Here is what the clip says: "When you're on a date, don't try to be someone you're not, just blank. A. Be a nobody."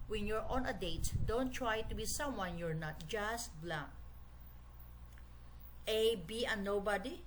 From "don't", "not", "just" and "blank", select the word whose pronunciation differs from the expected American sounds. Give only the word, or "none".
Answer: blank